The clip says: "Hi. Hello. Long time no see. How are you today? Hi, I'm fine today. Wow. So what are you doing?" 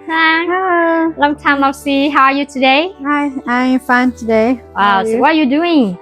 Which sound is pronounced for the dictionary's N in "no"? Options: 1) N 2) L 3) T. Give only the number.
2